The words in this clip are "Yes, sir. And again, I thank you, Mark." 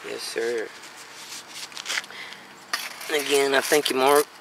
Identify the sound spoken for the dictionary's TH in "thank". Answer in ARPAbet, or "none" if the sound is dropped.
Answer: TH